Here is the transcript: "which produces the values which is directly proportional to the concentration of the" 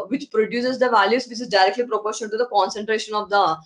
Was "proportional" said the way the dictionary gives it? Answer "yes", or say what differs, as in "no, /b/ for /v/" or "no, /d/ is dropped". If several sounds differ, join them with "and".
no, /n/ is dropped and /n/ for /l/